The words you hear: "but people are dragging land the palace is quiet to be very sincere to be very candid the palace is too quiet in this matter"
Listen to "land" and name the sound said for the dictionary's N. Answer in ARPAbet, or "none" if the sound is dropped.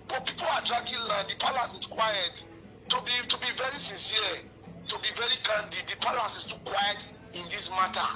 none